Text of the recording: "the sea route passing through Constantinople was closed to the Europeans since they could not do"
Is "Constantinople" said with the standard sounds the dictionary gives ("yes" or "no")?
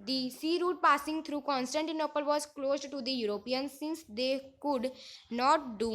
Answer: yes